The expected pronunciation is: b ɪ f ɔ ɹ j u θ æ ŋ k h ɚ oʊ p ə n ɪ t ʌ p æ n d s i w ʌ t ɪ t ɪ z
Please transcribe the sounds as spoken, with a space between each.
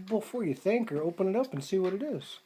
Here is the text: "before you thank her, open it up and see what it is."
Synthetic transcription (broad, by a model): b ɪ f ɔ ɹ j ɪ θ æ ŋ k ɚ oʊ p ə n ɪ t ʌ p n s i w ʌ t ɪ t ɪ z